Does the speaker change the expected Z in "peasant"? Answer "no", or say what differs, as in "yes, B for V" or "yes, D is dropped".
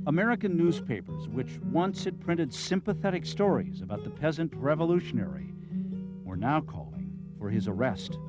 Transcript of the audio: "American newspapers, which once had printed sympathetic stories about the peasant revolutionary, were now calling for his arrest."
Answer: no